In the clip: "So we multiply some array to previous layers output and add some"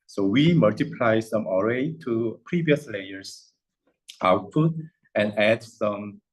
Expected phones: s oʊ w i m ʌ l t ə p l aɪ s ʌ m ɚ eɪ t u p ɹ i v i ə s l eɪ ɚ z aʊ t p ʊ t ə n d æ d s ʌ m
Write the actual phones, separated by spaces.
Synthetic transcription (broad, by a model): s oʊ w i m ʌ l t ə p l aɪ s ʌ m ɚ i t u p ɹ i v i ə s l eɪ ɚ s aʊ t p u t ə n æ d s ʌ m